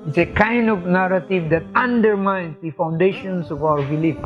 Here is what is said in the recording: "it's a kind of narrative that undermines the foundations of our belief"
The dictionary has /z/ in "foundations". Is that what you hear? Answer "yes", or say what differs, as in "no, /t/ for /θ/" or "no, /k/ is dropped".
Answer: no, /s/ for /z/